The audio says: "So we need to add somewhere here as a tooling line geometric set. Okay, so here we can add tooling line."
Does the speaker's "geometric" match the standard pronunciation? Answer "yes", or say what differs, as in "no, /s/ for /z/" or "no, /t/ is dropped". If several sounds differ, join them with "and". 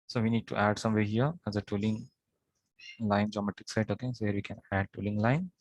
no, /ɹ/ is dropped